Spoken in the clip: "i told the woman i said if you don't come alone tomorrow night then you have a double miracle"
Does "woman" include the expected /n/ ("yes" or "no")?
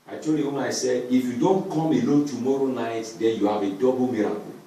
no